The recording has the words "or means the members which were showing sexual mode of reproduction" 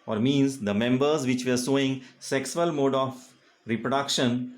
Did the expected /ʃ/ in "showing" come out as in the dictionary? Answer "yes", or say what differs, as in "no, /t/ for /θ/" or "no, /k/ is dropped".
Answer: no, /s/ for /ʃ/